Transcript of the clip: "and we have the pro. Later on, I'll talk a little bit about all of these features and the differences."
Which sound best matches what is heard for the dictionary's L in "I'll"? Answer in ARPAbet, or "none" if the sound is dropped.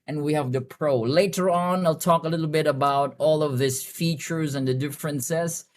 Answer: L